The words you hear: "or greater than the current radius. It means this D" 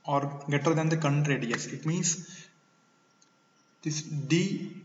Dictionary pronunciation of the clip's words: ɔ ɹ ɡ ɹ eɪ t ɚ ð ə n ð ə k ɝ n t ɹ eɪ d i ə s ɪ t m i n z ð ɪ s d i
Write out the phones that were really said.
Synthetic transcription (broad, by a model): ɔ ɹ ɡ eɪ t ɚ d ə n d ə k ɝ n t ɹ eɪ d i ə s ɪ t m i n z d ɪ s d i